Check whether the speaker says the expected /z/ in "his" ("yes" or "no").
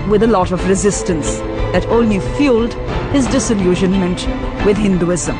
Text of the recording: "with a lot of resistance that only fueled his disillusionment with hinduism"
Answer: yes